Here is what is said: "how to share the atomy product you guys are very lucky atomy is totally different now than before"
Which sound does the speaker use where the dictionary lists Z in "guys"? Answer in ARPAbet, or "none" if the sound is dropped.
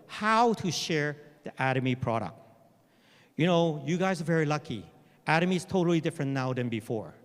Z